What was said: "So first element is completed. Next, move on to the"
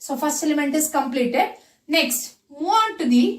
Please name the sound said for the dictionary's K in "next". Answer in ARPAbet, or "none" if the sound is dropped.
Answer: K